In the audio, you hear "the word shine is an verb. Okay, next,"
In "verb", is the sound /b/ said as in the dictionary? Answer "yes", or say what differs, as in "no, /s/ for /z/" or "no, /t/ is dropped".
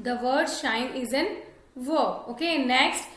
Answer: no, /b/ is dropped